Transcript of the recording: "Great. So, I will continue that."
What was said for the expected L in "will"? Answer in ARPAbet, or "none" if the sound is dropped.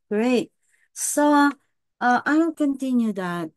N